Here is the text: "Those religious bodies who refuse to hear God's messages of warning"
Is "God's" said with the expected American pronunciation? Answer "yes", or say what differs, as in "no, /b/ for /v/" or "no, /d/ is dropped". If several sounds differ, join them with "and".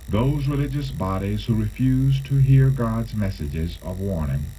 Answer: yes